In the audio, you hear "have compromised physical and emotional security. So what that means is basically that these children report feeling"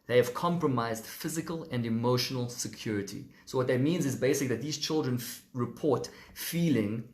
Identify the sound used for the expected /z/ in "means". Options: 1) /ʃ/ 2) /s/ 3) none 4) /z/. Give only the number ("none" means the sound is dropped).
4